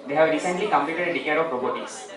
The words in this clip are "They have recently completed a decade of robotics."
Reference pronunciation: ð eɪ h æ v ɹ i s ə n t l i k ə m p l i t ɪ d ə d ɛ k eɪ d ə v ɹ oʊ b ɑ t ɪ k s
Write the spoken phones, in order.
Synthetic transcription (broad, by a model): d eɪ h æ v ɹ i s ə n t l i k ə m p l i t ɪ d ə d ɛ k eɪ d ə p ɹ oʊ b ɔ t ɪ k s